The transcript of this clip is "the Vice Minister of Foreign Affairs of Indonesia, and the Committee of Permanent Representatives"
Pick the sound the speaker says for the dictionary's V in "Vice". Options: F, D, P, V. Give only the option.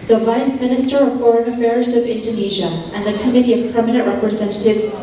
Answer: V